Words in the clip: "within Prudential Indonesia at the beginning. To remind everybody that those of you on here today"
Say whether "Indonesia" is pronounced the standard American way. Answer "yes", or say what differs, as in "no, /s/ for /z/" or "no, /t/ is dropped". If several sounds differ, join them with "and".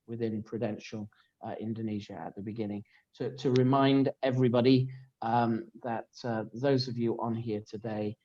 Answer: yes